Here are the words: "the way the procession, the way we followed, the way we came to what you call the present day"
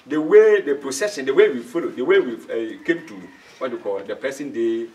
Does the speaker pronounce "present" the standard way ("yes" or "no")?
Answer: no